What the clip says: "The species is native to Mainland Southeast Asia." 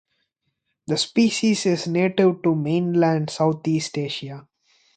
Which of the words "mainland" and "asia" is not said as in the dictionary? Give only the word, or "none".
asia